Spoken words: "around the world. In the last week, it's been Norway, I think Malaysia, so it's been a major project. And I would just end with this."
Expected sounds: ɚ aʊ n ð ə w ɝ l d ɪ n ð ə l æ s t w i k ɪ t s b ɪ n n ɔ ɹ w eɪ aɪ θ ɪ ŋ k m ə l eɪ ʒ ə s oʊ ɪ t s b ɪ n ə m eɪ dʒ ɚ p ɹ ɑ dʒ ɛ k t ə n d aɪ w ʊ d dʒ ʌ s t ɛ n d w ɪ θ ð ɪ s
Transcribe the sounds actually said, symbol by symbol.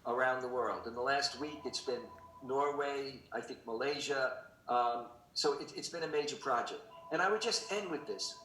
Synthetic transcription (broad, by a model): ɚ aʊ n ð ə w ɝ l d ɪ n ð ə l æ s t w i k ɪ t s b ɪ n n ɔ ɹ w eɪ aɪ θ ɪ ŋ k m ə l eɪ ʒ ə s oʊ ɪ t s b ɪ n ə m eɪ dʒ ɚ p ɹ ɑ dʒ ɛ k t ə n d aɪ w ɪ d dʒ ʌ s t ɛ n d w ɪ ð ɪ s